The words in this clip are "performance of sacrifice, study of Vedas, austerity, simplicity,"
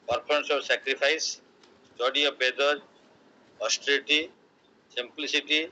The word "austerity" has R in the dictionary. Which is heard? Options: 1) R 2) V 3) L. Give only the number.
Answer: 3